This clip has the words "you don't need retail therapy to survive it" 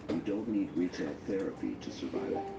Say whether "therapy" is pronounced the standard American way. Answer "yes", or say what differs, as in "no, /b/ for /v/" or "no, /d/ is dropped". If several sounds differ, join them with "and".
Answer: yes